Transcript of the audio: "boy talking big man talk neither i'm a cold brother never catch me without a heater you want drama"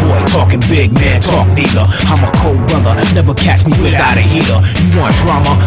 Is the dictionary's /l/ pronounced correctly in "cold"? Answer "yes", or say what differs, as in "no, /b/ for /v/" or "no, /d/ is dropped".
yes